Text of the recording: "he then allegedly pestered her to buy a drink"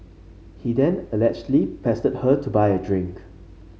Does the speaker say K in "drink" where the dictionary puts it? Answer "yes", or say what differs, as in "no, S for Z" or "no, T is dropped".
yes